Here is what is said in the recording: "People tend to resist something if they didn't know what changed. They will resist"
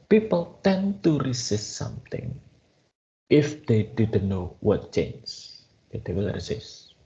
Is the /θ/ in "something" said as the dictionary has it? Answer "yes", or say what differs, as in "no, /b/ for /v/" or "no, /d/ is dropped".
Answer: no, /t/ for /θ/